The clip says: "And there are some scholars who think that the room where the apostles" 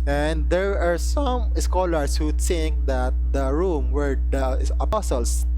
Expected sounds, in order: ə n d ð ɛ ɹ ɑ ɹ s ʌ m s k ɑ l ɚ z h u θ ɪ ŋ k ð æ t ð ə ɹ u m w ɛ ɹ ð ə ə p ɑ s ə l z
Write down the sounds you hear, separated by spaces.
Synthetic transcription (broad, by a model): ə n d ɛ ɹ ɑ ɹ s ʌ m s k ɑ l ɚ s h u s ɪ ŋ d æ t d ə ɹ u m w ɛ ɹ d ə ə p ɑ s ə l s